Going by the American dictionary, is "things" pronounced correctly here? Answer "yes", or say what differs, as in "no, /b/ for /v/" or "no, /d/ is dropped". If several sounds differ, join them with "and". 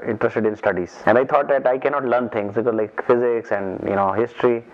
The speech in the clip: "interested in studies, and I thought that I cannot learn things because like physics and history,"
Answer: no, /t/ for /θ/